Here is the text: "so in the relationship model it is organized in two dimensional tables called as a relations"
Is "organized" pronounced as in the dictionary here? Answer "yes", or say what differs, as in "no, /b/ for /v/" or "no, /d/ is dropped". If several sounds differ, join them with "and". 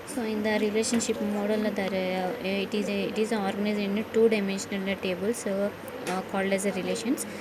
no, /d/ is dropped